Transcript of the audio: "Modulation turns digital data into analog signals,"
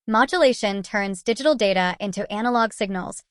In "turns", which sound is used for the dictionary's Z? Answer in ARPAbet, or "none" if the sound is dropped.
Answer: Z